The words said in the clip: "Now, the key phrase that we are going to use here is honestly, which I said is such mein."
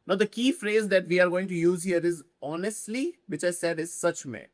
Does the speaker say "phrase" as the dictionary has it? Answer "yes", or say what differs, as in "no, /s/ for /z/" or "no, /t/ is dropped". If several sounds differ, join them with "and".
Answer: yes